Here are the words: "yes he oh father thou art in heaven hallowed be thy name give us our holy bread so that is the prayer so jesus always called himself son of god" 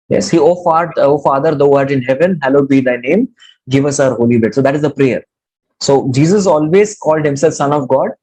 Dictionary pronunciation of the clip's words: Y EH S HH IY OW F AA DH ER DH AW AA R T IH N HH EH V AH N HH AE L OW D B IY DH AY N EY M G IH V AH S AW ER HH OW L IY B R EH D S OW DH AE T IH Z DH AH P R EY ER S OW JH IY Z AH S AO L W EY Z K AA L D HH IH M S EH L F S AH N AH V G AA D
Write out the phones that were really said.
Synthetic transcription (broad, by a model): Y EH S HH IY OW F AA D ER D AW AA R T IH N HH EH V AH N HH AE L OW B IY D AY N EY M G IH V AH S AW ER HH OW L IY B EH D S OW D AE T IH Z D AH P R EY ER S OW JH IY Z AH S AO L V EY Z K AA L D HH IH M S EH L F S AH N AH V G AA D